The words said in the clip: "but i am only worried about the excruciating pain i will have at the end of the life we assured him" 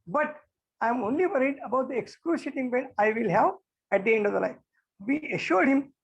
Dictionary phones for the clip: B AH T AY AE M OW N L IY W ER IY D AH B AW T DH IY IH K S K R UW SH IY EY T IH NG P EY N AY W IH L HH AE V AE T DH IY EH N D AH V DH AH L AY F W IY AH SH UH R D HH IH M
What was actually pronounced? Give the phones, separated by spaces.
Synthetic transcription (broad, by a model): B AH T AY M OW N L IY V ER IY D AH B AW T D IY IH K S K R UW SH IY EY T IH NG B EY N AY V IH L HH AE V AE T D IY EH N D AH V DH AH L AY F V IY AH SH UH R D HH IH M